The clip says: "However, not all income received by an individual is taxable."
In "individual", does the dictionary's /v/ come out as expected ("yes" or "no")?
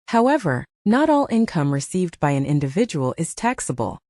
yes